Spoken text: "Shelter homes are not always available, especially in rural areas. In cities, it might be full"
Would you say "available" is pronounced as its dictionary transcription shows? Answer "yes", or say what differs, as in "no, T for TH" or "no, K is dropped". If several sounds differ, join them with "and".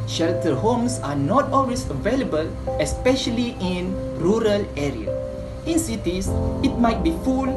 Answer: yes